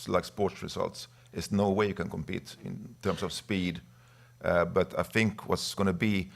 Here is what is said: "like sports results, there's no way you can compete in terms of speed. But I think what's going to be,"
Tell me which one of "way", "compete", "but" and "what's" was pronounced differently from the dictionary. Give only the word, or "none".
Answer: none